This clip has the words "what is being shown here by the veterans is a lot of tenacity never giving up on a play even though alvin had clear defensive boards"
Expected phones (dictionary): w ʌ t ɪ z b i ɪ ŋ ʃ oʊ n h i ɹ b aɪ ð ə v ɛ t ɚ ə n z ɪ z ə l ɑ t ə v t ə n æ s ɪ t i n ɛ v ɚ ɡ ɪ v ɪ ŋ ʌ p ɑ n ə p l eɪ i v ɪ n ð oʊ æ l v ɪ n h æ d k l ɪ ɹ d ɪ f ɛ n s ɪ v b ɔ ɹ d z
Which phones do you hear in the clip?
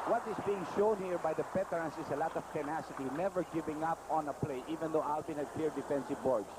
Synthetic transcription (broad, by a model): w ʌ t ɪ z b i ɪ ŋ ʃ oʊ n h i ɹ b aɪ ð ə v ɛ t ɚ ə n s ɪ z ə l ɑ t ə v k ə n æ s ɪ t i n ɛ v ɚ ɡ ɪ v ɪ ŋ ʌ p ɑ n ə p l eɪ i v ɪ n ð oʊ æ l b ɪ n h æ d k l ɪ ɹ d ɪ f ɛ n s ɪ v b ɔ ɹ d